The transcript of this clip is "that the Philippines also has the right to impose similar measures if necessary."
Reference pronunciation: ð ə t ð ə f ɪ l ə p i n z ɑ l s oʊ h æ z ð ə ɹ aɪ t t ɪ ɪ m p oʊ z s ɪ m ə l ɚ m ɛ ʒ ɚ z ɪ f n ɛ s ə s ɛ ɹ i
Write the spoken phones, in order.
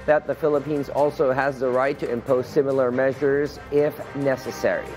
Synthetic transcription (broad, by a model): ð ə t ð ə f ɪ l ə p i n z ɑ l s oʊ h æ z ð ə ɹ aɪ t t ɪ ɪ m p oʊ z s ɪ m l ɚ m ɛ ʒ ɚ z ɪ f n ɛ s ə s ɛ ɹ i